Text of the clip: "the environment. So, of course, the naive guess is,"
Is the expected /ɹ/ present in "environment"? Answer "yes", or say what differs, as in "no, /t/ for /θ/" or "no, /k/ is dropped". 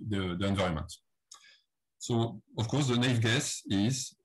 no, /ɹ/ is dropped